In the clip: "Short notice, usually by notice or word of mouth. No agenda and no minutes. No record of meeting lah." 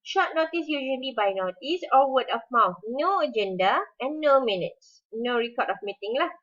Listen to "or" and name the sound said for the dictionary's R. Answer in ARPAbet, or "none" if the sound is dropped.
L